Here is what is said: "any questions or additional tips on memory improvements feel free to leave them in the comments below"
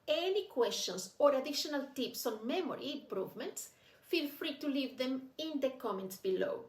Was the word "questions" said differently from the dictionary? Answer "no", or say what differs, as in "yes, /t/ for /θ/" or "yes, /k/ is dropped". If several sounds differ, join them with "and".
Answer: yes, /s/ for /z/